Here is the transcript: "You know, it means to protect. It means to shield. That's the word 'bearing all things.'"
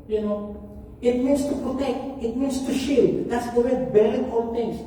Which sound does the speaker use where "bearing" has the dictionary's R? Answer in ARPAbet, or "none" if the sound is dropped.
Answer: L